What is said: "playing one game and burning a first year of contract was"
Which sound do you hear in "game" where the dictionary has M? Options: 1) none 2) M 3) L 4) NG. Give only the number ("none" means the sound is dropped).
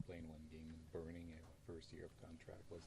1